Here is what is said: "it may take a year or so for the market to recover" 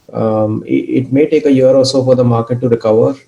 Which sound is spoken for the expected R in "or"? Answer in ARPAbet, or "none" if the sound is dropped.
L